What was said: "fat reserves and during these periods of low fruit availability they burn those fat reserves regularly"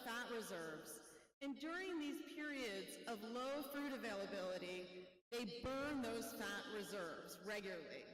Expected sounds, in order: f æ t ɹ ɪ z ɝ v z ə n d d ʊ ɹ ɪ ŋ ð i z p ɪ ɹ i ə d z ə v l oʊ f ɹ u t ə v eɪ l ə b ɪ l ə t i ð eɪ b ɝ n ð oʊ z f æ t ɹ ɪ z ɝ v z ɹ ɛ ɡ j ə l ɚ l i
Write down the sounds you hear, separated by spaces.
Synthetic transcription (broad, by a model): f æ t ɹ ɪ z ɝ v z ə n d d ʊ ɹ ɪ ŋ ð i z p ɪ ɹ i ə d z ə v l oʊ f ɹ u t ə v eɪ l ə b ɪ l ə t i ð eɪ b ɝ n ð oʊ z f æ t ɹ ɪ z ɝ v z ɹ ɛ ɡ j l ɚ l i